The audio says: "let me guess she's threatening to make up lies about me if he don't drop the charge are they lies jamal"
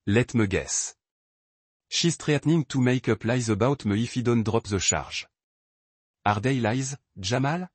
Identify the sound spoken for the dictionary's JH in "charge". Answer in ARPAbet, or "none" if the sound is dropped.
ZH